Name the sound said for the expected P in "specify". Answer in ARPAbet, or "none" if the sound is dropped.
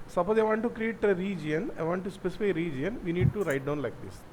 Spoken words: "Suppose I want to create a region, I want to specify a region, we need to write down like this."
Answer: P